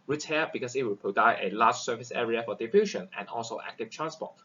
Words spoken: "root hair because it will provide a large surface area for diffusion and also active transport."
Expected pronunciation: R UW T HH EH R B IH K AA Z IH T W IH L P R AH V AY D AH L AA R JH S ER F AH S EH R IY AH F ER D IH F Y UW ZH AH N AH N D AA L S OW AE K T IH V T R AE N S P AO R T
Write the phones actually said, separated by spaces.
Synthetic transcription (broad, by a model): R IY T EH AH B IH K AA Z IH T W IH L P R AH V AY AH L AA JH S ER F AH S EH R IY AH F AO D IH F Y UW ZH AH N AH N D AA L S OW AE K T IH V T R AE N S P AO T